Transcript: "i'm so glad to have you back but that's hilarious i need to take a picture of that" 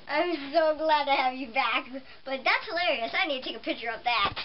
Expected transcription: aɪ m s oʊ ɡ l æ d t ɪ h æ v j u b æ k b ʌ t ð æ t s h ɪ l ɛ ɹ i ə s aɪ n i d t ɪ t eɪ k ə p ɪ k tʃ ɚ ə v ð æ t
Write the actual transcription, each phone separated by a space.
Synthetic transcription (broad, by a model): aɪ m s oʊ ɡ l æ d t ɪ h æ v j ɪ b æ k b ʌ t ð æ t s h ɪ l ɛ ɹ i ə s aɪ n i d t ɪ t eɪ k ə p ɪ k tʃ ɚ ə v ð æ t